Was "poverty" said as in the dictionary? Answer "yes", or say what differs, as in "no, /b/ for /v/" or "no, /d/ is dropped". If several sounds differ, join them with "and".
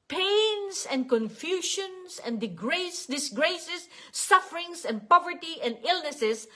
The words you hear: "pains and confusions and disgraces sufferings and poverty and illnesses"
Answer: yes